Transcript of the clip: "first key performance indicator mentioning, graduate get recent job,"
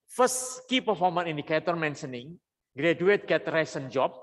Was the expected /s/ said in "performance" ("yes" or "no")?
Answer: no